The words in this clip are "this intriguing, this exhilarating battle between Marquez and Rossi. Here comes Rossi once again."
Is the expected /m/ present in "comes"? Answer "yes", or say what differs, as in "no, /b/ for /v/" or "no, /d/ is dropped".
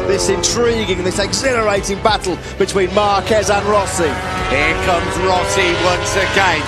yes